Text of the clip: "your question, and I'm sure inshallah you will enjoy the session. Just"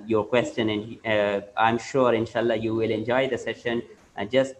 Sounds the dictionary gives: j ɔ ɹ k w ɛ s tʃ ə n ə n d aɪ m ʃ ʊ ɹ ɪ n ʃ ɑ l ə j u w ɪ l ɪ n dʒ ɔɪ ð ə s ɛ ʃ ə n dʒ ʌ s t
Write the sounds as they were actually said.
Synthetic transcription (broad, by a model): j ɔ ɹ k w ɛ s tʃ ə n ə n d aɪ m ʃ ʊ ɹ ɪ n ʃ ɑ l ə j u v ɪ l ɪ n dʒ ɔɪ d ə s ɛ ʃ ə n dʒ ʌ s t